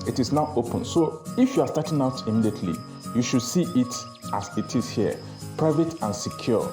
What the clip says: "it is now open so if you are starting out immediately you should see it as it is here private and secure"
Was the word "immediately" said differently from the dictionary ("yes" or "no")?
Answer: no